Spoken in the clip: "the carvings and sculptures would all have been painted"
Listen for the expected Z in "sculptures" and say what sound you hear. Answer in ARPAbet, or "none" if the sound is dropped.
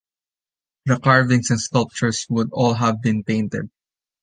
S